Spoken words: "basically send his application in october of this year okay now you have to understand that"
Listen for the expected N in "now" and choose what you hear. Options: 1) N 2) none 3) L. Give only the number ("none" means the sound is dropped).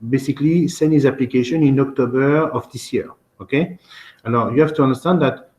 3